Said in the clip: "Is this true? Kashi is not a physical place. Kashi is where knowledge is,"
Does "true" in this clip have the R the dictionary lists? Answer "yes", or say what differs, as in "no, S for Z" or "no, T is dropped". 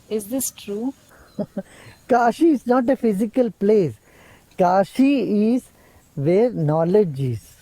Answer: yes